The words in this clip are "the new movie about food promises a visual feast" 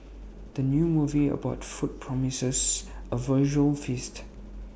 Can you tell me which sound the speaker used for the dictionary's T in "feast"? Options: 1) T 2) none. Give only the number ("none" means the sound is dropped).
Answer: 1